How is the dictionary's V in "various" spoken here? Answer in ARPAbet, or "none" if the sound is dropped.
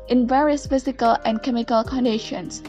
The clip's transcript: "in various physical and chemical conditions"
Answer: V